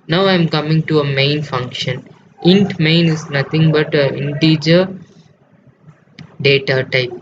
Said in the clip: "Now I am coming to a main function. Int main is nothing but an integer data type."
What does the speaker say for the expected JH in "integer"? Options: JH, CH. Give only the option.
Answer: JH